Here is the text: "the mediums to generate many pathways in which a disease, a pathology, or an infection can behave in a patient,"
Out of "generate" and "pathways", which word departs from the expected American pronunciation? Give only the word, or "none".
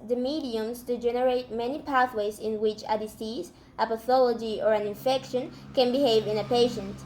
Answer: none